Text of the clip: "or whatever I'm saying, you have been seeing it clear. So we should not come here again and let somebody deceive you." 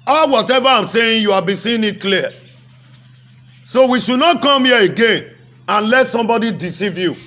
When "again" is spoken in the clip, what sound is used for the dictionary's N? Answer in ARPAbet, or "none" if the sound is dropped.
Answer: N